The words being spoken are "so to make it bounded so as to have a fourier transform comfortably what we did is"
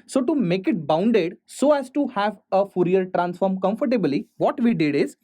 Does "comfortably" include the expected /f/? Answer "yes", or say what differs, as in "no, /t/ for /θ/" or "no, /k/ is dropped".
yes